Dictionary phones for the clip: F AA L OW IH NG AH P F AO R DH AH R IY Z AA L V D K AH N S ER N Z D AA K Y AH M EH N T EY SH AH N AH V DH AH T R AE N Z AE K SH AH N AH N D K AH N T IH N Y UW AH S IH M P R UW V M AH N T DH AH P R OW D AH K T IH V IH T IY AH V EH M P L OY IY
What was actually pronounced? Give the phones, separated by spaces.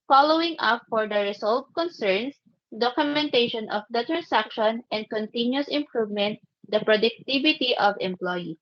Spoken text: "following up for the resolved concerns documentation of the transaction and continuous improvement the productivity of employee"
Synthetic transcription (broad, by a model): F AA L OW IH NG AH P F AO R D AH R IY S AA L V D K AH N S ER N S D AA K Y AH M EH N T EY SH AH N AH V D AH T R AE N S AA K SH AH N AH N D K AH N T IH N Y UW S IH M P R UW V M AH N T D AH P R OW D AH K T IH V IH T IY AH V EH M P L OY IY